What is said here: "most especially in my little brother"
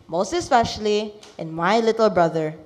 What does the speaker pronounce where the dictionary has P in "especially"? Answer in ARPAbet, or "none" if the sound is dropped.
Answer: F